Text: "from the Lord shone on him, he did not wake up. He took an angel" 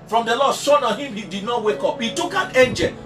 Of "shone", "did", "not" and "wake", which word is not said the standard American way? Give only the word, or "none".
shone